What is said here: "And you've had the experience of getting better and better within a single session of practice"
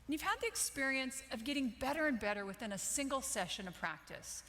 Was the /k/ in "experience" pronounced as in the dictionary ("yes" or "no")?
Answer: yes